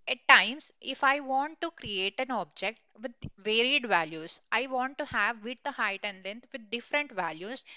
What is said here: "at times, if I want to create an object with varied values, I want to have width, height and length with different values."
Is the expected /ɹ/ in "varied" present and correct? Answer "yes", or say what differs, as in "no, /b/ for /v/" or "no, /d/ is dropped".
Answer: yes